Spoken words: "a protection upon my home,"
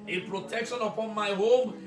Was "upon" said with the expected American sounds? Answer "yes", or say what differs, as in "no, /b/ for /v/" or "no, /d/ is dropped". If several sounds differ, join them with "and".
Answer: yes